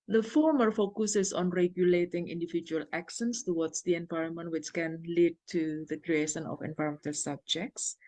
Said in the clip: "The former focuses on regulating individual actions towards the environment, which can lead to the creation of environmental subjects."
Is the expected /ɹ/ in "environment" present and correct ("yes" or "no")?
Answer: yes